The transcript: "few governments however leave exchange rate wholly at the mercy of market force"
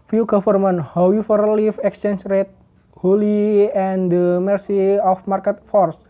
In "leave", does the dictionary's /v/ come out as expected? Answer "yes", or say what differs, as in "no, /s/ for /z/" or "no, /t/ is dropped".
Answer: no, /f/ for /v/